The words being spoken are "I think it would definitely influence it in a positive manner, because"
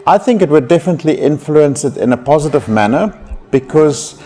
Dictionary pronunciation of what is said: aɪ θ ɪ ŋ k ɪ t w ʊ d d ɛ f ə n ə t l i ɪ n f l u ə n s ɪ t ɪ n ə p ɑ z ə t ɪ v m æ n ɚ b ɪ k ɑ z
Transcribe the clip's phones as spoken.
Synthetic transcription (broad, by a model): aɪ θ ɪ ŋ k ɪ t w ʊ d d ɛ f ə n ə t l i ɪ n f l u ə n s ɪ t ɪ n ə p ɑ z ə t ɪ v m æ n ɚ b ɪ k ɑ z